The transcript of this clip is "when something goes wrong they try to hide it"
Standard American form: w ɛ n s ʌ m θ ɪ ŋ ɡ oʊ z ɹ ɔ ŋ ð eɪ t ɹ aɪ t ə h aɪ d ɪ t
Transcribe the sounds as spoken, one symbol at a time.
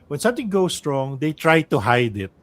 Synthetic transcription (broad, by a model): w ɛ n s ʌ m t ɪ ŋ ɡ oʊ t ɹ ɔ ŋ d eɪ t ɹ aɪ t ə h aɪ d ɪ t